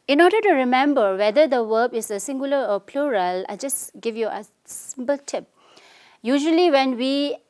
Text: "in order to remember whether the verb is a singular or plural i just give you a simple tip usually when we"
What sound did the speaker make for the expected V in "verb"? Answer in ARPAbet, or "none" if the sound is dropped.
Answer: W